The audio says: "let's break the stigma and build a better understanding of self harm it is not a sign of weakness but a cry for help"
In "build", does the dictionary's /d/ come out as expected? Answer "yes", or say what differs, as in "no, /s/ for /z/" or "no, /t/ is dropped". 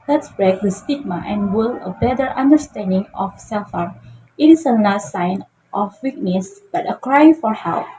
no, /d/ is dropped